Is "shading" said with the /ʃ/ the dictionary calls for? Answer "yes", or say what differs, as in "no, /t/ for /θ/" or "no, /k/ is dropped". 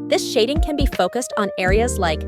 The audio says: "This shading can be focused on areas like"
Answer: yes